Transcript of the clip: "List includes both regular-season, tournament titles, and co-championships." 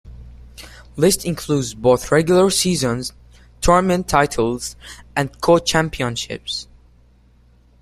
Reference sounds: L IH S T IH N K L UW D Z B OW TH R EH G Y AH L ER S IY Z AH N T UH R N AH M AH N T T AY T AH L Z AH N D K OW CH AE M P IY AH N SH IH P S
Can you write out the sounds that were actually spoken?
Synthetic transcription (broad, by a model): L IH S T IH N K L UW D Z B OW TH R EH G Y L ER S IY Z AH N T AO R M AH N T T AY T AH L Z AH N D K OW CH AE M P IY AH N SH IH P S